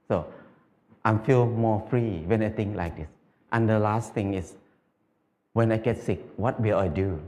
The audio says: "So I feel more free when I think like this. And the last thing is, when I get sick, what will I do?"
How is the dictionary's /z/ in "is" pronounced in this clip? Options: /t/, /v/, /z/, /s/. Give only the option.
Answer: /s/